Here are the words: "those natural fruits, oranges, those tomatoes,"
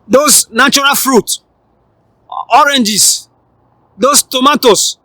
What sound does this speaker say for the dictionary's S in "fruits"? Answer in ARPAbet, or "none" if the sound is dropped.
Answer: none